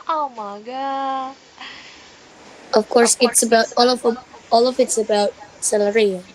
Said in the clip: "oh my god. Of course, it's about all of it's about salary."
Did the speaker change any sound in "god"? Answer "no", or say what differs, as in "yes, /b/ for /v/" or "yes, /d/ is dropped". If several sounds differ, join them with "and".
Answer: yes, /d/ is dropped